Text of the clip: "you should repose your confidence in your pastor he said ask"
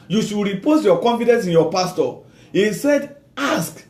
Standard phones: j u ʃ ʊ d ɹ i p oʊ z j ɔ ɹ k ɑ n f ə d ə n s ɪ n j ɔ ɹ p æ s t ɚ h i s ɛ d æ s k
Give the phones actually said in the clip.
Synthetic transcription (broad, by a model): j u ʃ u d ɹ i p oʊ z j ɔ k ɑ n f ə d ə n s ɪ n j ɔ p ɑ s t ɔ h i s ɛ d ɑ s k